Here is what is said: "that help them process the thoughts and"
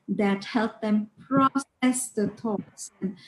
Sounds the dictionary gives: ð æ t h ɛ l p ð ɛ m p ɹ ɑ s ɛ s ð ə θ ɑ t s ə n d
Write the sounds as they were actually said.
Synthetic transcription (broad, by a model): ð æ t h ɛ l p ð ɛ m p ɹ ɑ s ɛ s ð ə t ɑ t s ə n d